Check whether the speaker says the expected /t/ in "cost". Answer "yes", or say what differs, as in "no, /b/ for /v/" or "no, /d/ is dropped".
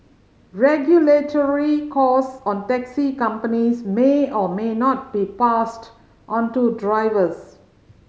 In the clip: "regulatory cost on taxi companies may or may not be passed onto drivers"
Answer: no, /t/ is dropped